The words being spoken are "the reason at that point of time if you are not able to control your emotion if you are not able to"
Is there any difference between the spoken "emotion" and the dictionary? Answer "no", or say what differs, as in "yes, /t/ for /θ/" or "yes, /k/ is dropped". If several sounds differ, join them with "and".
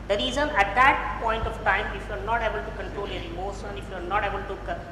yes, /s/ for /ʃ/